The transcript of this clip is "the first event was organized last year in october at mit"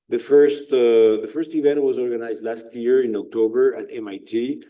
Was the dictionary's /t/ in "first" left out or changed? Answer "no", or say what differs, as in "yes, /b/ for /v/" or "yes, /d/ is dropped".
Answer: no